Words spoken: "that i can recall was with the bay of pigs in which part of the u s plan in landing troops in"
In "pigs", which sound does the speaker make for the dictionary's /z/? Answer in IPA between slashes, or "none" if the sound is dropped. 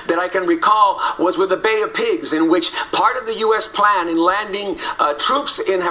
/z/